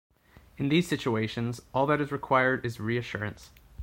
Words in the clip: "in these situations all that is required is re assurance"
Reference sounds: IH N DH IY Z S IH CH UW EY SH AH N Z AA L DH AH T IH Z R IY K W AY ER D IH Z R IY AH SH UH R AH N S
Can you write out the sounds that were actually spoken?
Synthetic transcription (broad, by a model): IH N DH IY Z S IH CH UW EY SH AH N Z AA L DH AH T IH Z R IY K W AY ER D IH Z R IY AH SH UH R AH N S